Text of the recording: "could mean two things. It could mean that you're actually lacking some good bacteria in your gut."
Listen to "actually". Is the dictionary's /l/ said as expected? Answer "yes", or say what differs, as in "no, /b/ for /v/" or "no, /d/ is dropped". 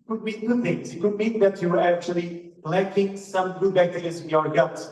yes